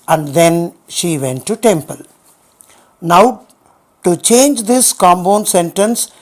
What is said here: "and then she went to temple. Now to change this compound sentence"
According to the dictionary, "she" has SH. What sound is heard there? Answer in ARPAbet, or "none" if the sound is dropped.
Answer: SH